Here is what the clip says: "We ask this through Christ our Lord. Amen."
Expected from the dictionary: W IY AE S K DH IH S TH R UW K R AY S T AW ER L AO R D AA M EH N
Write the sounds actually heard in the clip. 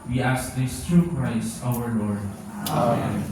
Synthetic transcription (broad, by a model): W IY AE S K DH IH S T R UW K R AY S AW ER L AO R D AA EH